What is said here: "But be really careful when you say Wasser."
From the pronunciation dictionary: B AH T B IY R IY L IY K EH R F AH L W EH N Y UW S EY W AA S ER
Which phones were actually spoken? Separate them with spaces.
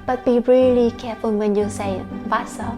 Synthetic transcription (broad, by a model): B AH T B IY R IY L IY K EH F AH N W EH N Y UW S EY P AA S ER